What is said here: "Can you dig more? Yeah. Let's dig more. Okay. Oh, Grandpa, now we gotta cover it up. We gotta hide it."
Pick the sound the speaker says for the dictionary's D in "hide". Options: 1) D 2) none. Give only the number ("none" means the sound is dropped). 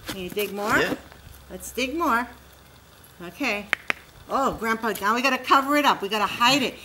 1